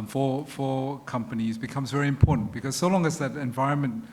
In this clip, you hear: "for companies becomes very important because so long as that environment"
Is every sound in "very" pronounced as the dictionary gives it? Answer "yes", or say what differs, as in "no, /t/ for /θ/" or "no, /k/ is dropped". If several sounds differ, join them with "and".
yes